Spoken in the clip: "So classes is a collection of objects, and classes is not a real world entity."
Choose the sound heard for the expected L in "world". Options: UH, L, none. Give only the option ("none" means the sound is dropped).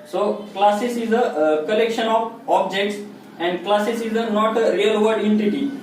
none